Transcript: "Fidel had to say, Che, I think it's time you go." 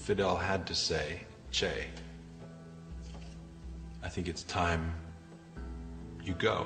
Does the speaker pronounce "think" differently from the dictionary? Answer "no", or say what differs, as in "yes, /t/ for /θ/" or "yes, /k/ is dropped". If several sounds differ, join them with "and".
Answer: no